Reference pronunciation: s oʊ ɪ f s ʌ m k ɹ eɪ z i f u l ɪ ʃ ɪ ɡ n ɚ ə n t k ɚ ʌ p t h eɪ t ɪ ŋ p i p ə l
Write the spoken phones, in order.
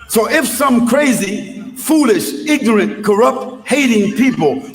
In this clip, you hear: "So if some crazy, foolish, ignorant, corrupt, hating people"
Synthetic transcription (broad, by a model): s oʊ ɪ f s ʌ m k ɹ eɪ z i f u l ɪ ʃ ɪ ɡ n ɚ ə n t k ɚ ʌ p t h eɪ t ɪ ŋ p i p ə l